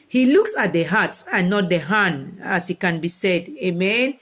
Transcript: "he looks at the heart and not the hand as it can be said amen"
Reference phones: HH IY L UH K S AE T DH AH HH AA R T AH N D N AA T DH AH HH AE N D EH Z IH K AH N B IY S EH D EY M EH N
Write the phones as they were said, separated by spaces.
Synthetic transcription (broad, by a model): HH IY L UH K S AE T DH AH HH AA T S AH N N AA T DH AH HH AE N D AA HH IH K AH N B IY S EH D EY M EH N